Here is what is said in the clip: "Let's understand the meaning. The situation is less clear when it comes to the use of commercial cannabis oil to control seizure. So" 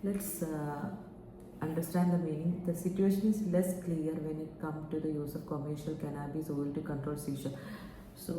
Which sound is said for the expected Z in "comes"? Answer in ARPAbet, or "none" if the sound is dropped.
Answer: none